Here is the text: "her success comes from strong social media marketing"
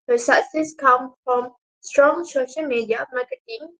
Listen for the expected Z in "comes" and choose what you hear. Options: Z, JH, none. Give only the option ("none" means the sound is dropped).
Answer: none